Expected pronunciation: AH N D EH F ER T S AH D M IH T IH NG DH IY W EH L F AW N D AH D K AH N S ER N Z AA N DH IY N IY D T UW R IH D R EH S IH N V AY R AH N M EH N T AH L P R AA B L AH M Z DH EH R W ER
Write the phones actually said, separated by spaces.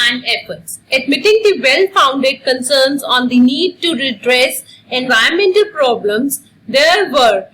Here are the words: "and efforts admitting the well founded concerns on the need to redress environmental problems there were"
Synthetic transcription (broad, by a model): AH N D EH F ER T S AH D M IH T IH NG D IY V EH L F AW N D AH D K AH N S ER N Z AA N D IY N IY D T UW R IH D R EH S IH N V AY AH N M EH N T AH L P R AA B L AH M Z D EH R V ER